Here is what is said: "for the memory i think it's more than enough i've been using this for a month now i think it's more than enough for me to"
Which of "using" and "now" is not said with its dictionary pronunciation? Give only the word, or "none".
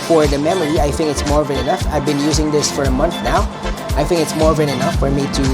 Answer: none